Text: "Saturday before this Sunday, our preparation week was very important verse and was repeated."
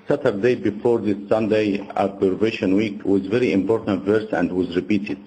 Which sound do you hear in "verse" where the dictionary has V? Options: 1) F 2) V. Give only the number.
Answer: 2